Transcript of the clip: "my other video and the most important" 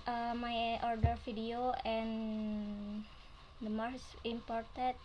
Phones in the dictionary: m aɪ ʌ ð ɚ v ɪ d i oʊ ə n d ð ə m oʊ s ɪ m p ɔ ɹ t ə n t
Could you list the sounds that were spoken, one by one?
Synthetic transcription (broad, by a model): m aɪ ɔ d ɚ f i d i oʊ ə n d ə m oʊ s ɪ m p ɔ ɹ t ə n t